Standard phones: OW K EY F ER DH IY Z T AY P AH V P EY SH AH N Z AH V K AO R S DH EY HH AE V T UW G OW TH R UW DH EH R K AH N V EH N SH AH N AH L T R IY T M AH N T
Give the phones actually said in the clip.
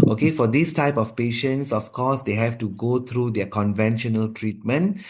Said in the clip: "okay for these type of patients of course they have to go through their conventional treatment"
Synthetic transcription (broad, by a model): OW K EY F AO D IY S T AY P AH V P EY SH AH N S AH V K AO S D EY HH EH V T UW G OW T R UW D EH K AH N V EH N SH AH N AH L T R IY T M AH N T